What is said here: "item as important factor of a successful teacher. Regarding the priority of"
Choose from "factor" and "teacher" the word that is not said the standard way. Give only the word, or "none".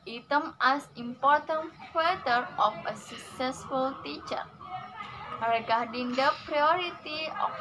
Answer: factor